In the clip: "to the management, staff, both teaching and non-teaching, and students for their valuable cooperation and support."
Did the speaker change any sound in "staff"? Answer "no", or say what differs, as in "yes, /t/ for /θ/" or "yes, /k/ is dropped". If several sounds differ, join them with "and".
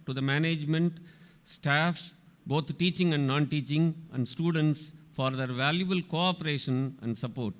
no